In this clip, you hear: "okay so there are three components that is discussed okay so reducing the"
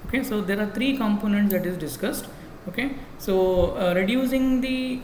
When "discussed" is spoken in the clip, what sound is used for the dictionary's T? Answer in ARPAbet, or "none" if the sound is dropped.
T